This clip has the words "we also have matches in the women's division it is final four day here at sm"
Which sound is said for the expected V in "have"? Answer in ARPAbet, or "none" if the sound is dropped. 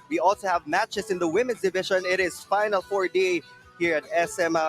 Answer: V